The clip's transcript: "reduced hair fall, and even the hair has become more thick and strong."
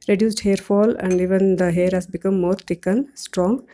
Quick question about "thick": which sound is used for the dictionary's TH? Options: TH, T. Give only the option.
T